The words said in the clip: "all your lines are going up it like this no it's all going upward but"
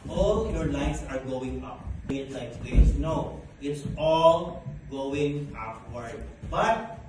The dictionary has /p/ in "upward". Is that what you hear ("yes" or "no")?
no